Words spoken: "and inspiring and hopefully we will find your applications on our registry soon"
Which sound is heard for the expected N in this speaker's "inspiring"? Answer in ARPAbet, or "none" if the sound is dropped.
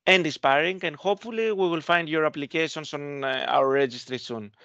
none